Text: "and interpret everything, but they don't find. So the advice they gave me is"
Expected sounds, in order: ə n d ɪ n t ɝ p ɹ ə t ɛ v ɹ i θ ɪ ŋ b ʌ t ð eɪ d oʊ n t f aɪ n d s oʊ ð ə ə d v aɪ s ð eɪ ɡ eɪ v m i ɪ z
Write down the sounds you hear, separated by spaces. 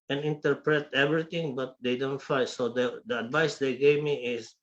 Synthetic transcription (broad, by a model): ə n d ɪ n t ɝ p ɹ ə t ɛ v ɹ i t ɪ ŋ b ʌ t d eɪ d oʊ n t f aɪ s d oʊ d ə ə d v aɪ s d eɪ ɡ eɪ v m i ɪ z